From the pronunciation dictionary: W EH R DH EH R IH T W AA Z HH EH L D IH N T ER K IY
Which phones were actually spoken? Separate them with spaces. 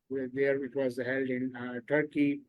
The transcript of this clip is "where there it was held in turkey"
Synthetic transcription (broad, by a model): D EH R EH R IH T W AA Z HH EH L D IH N T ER K IY